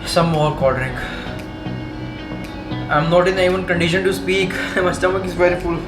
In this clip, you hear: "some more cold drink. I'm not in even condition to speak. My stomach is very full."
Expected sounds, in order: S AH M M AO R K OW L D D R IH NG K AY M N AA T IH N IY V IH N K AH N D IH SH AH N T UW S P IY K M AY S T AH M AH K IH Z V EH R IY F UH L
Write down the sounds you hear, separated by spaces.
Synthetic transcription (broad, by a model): S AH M M AO R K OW D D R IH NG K AY M N AA T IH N IY V IH N K AH N D IH SH AH N T UW S P IY K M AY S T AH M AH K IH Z V EH R IY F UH L